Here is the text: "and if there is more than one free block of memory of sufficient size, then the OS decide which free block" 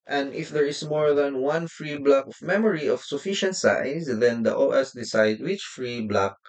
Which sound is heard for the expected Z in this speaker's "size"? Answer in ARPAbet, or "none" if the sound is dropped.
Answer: S